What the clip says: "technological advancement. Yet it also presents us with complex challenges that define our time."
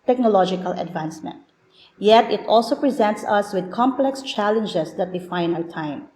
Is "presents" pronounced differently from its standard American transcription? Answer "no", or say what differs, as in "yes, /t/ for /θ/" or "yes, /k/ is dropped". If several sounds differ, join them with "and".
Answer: no